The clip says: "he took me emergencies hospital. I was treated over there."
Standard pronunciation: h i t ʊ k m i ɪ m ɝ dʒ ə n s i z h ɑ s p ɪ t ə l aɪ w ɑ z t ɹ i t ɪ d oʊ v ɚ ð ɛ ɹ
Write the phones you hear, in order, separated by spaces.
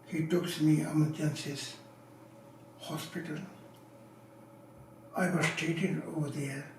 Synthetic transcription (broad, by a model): h i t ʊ k m i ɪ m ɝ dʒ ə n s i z h ɑ s p ɪ t ə l aɪ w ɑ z t ɛ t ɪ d oʊ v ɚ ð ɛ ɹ